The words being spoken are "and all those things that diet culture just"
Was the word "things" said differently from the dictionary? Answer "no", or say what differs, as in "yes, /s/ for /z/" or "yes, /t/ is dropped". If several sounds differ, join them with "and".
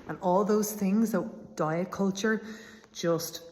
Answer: no